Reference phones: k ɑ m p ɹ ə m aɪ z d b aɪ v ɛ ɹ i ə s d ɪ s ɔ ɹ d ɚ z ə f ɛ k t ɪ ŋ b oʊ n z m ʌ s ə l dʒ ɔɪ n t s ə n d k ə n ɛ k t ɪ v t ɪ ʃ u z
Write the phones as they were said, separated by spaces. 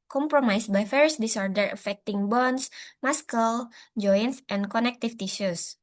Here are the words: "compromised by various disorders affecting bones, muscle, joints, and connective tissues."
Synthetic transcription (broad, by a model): k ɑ m p ɹ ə m aɪ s b aɪ f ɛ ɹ s d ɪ s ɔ ɹ d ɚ ə f ɛ k t ɪ ŋ b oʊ n s m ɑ s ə l dʒ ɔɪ n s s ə n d k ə n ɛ k t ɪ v t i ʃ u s